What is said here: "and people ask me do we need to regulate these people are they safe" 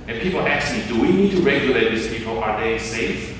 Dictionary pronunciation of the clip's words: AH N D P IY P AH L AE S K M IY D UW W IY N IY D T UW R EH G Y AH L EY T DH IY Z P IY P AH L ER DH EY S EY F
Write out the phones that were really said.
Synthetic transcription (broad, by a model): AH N P IY P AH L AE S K M IY D UW W IY N IY D T UW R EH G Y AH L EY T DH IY S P IY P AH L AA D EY S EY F